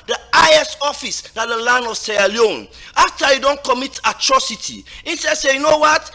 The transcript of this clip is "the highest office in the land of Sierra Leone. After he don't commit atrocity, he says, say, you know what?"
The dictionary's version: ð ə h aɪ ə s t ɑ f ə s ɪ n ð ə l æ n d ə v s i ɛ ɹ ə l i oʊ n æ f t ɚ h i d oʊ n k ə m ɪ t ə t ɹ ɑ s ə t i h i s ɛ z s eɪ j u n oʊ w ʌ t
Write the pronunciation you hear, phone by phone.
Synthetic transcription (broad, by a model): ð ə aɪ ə s ɑ f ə s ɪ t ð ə l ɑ n d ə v s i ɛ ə l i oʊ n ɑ f t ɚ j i d oʊ n k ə m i t ə t ɹ ɑ s ə t i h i s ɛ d s eɪ j u n oʊ w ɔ t